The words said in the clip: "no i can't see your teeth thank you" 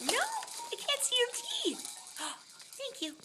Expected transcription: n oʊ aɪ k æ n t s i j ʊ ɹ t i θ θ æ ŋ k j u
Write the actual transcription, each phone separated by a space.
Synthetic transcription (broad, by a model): n oʊ aɪ k æ n t s i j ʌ ɹ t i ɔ θ æ ŋ k j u